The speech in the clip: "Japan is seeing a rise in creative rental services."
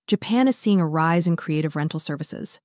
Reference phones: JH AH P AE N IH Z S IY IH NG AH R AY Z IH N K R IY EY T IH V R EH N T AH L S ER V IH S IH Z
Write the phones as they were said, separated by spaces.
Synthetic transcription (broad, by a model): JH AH P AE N IH Z S IY IH NG AH R AY Z IH N K R IY EY T IH V R EH N T L S ER V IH S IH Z